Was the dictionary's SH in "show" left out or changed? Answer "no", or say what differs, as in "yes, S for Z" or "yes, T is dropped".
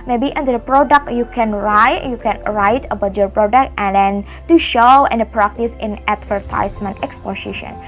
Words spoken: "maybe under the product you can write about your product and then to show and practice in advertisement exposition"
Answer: no